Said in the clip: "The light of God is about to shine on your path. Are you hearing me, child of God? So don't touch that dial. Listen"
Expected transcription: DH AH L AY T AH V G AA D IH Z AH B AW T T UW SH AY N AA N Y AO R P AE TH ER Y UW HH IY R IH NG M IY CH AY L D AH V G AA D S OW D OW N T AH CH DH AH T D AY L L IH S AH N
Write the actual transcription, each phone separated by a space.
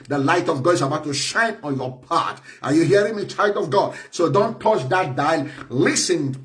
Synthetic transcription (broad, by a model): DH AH L AY T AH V G AA D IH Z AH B AW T T UW SH AY N AA N Y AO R P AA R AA Y UW HH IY R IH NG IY CH AY L D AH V G AA D S OW D OW N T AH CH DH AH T D AY L L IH S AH N